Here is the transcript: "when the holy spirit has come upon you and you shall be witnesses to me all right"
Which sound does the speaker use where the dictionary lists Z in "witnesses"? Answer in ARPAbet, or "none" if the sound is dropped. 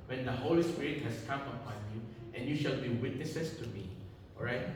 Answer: S